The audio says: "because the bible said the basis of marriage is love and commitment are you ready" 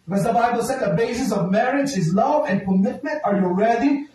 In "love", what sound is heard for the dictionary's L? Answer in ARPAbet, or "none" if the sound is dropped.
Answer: L